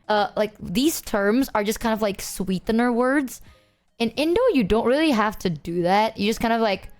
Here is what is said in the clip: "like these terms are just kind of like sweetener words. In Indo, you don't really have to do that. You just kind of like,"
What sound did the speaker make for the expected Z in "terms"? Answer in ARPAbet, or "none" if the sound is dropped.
Z